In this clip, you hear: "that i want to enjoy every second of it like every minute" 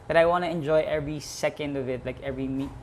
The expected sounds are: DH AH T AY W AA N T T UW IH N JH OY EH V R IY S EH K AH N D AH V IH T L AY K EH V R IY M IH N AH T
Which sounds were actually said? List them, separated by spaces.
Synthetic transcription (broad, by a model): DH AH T AY W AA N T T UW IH N JH OY EH V R IY S EH K AH N D AH V IH T L AY K EH V R IY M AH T